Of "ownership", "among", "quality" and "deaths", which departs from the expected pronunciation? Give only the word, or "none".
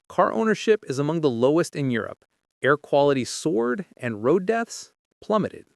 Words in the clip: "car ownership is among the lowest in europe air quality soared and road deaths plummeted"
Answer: none